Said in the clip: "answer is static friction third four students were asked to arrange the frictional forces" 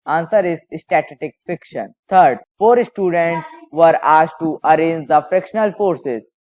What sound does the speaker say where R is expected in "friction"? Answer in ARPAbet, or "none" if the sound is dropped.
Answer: none